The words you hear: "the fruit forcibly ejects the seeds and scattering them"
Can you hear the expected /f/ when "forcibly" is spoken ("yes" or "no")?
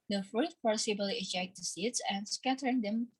no